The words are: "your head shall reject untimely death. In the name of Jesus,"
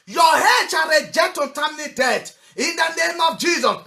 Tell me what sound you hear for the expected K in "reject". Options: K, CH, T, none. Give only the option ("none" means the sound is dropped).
none